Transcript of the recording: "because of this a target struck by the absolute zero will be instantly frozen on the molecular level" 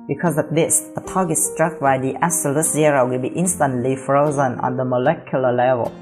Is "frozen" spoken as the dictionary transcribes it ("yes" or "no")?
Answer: yes